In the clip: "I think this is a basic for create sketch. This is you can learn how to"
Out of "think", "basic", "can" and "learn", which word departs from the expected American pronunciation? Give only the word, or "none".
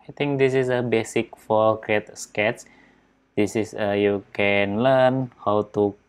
think